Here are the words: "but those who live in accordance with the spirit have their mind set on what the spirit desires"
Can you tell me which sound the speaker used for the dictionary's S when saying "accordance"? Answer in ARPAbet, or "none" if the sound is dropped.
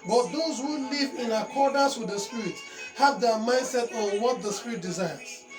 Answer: S